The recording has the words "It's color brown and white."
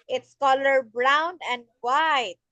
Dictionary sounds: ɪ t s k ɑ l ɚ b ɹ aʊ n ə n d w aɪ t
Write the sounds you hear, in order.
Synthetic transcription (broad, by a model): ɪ t s k ɑ l ɚ b ɹ aʊ n ə n d w aɪ t